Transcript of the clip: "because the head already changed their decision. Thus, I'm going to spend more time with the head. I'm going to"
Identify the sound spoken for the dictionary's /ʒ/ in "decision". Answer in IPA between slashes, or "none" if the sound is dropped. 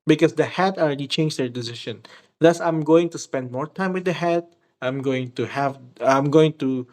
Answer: /ʃ/